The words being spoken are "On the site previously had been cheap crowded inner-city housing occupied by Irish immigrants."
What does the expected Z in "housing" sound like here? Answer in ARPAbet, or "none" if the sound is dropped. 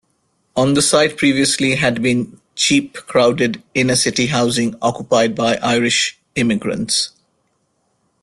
Z